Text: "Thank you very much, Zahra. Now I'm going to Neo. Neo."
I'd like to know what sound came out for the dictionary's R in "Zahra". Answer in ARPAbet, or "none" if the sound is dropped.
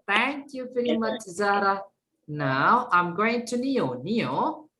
R